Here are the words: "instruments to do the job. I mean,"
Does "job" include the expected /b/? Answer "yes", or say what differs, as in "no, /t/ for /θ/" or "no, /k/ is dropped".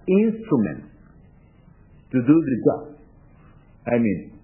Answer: no, /b/ is dropped